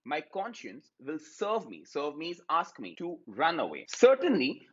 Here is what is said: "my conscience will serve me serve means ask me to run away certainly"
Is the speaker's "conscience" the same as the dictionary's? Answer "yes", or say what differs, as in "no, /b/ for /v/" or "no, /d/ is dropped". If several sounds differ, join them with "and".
yes